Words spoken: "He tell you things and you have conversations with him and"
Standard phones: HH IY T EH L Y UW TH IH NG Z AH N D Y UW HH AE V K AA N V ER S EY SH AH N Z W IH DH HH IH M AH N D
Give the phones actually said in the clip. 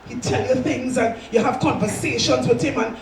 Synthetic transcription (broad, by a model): HH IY T EH L Y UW TH IH NG Z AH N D Y UW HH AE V K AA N V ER S EY SH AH N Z W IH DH HH IH M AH N